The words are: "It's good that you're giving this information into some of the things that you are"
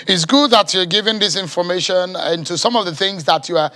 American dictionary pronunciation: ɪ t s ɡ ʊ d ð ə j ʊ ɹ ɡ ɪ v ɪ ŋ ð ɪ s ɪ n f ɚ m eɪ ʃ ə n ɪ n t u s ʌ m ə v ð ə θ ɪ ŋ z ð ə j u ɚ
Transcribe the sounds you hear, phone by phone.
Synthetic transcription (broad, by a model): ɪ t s ɡ ʊ d ð ə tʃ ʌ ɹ ɡ ɪ v ɪ ŋ ð ɪ s ɪ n f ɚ m eɪ ʃ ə n ɪ n t u s ʌ m ə v ð ə θ ɪ ŋ z ð ə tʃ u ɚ